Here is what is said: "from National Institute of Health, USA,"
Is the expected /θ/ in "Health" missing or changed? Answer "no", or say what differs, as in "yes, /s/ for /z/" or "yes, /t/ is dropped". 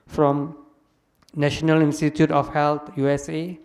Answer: yes, /t/ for /θ/